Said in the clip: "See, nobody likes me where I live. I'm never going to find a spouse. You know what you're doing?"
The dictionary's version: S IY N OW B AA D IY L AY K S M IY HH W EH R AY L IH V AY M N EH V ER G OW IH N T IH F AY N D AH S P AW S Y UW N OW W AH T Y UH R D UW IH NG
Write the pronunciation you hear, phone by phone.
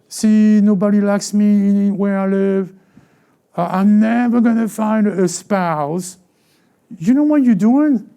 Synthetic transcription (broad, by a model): S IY N OW B AA D IY L AY K S M IY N W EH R AY L IH V AY M N EH V ER G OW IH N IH F AY N D AH S P AW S Y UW N OW W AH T Y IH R D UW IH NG